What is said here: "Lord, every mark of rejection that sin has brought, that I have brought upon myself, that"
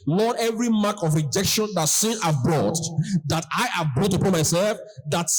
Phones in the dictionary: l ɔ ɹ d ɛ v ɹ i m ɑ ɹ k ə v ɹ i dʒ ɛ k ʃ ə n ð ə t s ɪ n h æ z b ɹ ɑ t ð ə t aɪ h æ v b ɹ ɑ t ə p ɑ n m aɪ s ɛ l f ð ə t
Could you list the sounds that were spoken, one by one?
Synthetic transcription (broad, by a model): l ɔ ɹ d ɛ v ɹ i m ɑ k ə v ɹ i dʒ ɛ k ʃ ə n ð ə t s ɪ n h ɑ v b ɹ ɑ t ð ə t aɪ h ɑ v b ɹ ɑ t ə p ɑ n m aɪ s ɛ l f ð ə t